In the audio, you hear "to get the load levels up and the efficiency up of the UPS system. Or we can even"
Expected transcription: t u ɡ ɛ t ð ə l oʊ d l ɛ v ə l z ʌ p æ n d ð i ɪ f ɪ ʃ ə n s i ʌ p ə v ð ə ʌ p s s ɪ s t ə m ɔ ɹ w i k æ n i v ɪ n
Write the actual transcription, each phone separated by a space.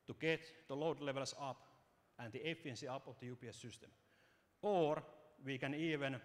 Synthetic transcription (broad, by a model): t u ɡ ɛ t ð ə l oʊ d l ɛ v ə l s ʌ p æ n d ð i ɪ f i ə n s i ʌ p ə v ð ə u p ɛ s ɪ s t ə m ɔ ɹ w i k æ n i v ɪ n